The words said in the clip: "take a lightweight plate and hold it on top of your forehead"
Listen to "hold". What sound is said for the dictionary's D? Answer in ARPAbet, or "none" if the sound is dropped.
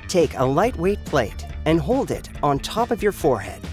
D